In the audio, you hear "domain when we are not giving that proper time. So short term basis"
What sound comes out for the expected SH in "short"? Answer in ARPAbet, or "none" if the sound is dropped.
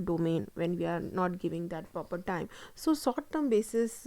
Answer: S